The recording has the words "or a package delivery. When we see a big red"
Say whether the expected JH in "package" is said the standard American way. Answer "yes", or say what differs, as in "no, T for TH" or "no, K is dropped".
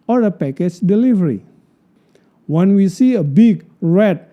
no, CH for JH